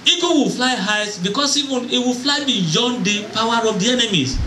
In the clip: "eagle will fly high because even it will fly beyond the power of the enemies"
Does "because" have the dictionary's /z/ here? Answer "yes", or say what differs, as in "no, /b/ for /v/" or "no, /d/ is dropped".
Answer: no, /s/ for /z/